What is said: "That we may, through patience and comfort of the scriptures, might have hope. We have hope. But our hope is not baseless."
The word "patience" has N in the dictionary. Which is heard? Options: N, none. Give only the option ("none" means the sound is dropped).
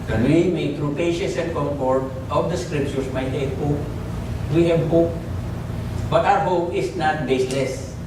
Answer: none